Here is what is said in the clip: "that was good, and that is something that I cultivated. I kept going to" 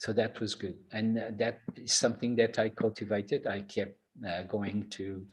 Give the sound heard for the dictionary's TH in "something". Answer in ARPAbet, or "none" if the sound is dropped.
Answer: TH